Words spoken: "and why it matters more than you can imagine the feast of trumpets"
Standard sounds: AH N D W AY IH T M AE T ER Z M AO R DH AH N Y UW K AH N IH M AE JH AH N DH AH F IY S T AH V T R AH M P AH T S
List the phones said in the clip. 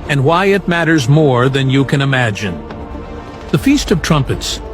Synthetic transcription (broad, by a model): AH N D W AY IH T M AE T ER Z M AO R DH AH N Y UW K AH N IH M AE JH AH N DH AH F IY S T AH V T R AH M P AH T S